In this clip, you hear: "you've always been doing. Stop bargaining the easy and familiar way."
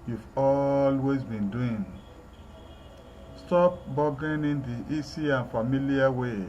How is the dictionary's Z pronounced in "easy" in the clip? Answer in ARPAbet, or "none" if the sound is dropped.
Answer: S